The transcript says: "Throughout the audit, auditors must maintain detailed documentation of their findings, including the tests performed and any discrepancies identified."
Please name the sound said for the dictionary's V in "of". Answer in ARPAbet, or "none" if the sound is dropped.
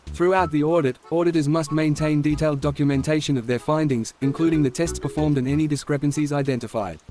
V